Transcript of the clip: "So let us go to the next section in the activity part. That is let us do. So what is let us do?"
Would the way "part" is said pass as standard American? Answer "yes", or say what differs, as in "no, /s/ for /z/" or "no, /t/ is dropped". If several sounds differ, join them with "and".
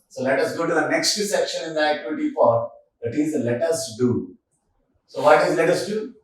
no, /f/ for /p/